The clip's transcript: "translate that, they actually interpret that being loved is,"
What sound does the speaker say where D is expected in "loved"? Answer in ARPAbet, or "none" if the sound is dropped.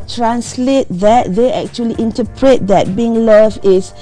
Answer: none